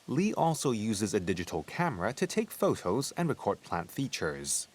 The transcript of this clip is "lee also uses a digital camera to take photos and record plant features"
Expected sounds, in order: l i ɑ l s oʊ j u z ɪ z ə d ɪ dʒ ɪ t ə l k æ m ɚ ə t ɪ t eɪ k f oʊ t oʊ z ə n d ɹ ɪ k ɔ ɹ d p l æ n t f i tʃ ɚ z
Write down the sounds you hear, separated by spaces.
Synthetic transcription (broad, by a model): l i ɑ l s oʊ j u z ɪ z ə d ɪ dʒ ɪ t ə l k æ m ɚ ə t ɪ t eɪ k f oʊ t oʊ z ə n ɹ ɪ k ɔ ɹ d p l æ n t f i tʃ ɚ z